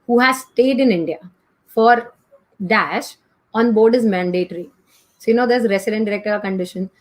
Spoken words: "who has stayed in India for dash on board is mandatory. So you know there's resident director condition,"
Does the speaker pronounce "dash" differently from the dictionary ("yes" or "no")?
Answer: no